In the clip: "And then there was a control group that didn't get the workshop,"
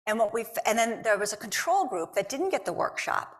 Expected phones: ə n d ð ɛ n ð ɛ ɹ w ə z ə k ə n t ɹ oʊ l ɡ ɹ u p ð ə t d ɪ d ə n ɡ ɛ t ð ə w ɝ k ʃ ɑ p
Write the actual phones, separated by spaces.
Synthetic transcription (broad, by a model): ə n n ð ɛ n ð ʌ ɹ w ə z ə k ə n t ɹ oʊ l ɡ ɹ u p ð ə t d ɪ d n ɡ ɛ t ð ə w ɝ k ʃ ɑ p